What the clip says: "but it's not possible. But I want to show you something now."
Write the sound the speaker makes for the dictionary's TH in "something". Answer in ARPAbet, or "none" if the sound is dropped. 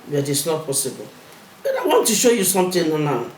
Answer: T